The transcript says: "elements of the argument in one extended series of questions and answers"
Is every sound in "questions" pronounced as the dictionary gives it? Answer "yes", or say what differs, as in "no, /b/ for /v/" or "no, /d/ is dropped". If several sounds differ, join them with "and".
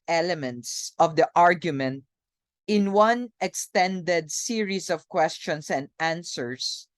no, /s/ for /z/